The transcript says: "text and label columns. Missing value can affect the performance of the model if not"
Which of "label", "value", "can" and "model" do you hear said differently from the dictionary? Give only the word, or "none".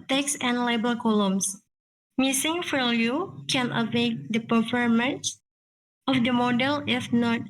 value